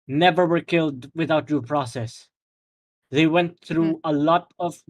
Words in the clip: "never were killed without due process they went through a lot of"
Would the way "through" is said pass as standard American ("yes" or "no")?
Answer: yes